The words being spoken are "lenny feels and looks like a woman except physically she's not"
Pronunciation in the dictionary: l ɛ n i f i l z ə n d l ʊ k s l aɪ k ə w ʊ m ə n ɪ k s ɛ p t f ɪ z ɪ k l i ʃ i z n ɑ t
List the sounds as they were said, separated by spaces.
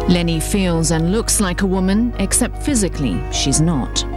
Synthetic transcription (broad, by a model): l ɛ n i f i l z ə n l ʊ k s l aɪ k ə w ʊ m ə n ɪ k s ɛ p t f ɪ z ɪ k l i ʃ i z n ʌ t